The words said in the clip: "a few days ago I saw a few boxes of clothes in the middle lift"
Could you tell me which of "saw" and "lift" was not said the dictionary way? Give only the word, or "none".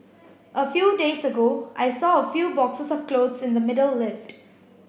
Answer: none